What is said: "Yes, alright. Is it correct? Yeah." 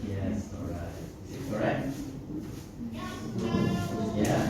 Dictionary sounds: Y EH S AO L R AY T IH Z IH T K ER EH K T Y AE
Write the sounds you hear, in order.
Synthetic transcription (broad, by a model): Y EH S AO R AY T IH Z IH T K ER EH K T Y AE